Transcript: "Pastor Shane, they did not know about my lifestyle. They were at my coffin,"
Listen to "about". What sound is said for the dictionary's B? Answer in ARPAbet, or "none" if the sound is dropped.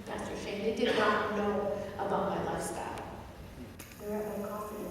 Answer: B